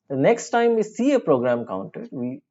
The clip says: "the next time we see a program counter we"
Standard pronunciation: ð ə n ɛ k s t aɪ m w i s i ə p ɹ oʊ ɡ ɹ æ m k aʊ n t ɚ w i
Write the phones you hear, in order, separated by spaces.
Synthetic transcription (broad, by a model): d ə n ɛ k s t aɪ m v i s i ə p ɹ oʊ ɡ ɹ æ m k aʊ n t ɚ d i